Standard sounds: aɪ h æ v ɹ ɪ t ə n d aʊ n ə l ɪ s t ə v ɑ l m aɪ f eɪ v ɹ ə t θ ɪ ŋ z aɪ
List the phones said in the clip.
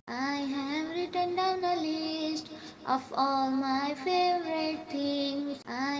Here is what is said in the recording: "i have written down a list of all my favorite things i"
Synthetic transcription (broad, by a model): aɪ h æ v ɹ ɪ t ə n d aʊ n ə l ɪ s t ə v ɑ l m aɪ f eɪ v ɹ ə t t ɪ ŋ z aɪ